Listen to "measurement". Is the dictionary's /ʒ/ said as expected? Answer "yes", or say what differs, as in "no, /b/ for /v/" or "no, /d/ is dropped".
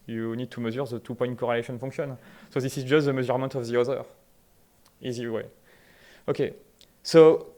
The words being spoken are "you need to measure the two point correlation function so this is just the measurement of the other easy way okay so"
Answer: no, /z/ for /ʒ/